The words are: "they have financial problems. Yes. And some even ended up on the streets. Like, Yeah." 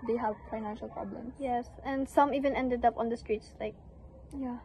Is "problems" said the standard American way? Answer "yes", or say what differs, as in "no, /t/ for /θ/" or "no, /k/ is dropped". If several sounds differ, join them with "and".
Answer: no, /s/ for /z/